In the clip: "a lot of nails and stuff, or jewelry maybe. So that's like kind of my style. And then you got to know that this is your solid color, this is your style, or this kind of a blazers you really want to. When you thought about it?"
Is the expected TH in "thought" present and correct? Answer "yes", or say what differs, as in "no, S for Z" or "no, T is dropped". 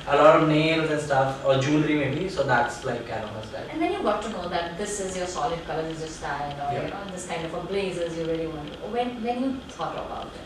no, T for TH